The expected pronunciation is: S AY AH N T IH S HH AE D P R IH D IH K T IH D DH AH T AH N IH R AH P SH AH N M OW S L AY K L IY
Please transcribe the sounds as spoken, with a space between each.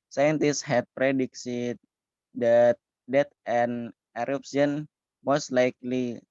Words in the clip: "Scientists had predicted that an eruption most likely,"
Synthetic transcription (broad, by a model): S AY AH N T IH S HH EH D P R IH D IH K S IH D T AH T AH N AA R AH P S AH N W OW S L AY K L IY